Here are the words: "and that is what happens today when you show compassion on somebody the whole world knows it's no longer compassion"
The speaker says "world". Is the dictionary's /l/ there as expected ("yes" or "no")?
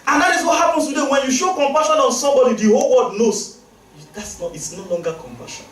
no